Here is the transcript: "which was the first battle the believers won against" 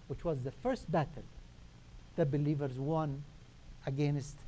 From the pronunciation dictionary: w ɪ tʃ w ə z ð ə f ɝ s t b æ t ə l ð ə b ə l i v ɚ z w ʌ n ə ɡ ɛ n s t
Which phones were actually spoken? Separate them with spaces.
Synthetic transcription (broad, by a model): w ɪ tʃ w ə z ð ə f ɝ s t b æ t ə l ð ə b ə l i v ɚ z w ʌ n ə ɡ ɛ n s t